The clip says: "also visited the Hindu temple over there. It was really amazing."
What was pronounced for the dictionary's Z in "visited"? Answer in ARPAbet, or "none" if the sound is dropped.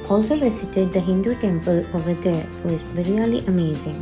S